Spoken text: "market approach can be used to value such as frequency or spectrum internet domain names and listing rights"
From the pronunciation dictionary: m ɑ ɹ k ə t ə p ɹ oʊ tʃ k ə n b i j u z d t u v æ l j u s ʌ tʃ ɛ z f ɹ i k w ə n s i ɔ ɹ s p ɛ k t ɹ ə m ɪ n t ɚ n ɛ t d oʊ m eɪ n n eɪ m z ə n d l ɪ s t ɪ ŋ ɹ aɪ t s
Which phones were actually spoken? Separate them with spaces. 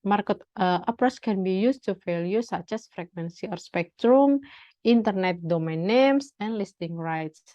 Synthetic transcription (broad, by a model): m ɑ ɹ k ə t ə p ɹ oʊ s k ə n b i j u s t u f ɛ l j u s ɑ tʃ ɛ s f ɹ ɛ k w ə n s i ɔ ɹ s p ɛ k t ɹ ə m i n t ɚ n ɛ t d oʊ m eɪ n n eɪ m s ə n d l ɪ s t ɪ ŋ ɹ aɪ t s